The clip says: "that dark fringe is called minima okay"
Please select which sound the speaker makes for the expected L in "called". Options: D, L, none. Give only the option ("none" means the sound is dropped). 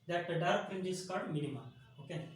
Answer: none